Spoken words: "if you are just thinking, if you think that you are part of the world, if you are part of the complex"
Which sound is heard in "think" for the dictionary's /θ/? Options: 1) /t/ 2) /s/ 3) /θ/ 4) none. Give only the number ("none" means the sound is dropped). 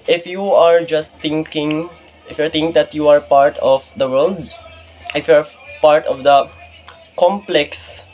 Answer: 1